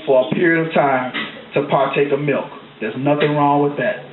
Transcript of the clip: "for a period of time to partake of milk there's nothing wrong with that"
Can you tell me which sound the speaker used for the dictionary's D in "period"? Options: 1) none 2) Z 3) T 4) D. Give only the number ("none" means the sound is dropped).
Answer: 4